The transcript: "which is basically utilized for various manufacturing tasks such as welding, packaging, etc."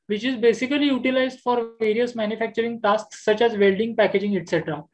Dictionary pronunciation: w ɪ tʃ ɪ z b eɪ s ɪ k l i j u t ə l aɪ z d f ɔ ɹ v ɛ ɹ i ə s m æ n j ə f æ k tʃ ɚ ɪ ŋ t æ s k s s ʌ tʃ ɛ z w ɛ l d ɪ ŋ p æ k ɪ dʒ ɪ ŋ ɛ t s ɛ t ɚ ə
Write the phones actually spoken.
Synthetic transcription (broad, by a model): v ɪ tʃ ɪ z b eɪ s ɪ k l i j u t ə l aɪ z d f ɔ ɹ v ɛ ɹ i ə s m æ n j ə f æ k tʃ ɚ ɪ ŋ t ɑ s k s s ʌ tʃ ɛ z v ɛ l d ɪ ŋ p æ k ɪ dʒ ɪ ŋ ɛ t s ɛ t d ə